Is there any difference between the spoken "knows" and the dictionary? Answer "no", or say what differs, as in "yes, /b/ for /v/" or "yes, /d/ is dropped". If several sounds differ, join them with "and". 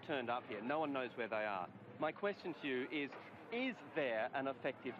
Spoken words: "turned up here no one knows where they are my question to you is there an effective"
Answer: no